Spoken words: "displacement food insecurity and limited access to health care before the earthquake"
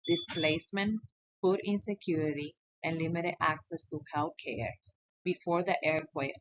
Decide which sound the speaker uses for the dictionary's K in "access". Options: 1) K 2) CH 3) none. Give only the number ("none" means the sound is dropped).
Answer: 1